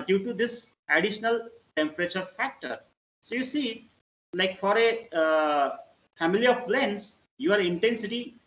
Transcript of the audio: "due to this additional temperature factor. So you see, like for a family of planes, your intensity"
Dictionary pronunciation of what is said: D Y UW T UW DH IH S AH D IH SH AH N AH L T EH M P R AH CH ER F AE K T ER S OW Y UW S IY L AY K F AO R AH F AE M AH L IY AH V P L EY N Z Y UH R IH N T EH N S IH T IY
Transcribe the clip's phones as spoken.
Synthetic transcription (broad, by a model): D Y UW T UW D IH S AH D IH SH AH N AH L T EH M P R AH CH ER F AE K T ER S OW Y UW S IY L AY K F AO R AH F AE M AH L IY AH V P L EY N S Y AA R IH N T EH N S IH T IY